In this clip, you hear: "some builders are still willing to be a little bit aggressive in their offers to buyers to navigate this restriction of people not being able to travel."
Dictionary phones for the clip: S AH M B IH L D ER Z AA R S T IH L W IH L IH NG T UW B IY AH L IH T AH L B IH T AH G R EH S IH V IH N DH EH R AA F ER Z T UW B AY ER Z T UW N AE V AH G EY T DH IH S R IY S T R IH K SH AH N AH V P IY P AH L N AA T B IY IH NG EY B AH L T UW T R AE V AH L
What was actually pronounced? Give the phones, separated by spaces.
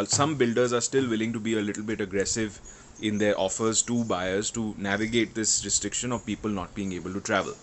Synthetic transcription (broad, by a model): S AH M B IH L D ER Z AA R S T IH L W IH L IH NG T UW B IY AH L IH T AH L B IH T AH G R EH S IH V IH N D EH R AA F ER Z T UW B AY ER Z T UW N AE V AH G EY T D IH S R IY S T R IH K SH AH N AH V P IY P AH L N AA T B IY IH NG EY B AH L T UW T R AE V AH L